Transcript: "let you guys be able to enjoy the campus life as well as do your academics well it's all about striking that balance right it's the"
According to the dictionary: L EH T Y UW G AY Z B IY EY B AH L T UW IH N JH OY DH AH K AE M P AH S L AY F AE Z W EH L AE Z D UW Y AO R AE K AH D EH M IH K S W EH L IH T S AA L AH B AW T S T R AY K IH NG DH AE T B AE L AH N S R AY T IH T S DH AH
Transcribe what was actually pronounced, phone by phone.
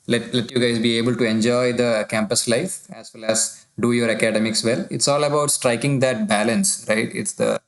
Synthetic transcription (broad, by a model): L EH T Y UW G AY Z B IY EY B AH L T UW IH N JH OY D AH K AE M P AH S L AY F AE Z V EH L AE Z D UW Y AO R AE K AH D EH M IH K S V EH L IH T S AA L AH B AW T S T R AY K IH NG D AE T B AE L AH N S R AY T IH T S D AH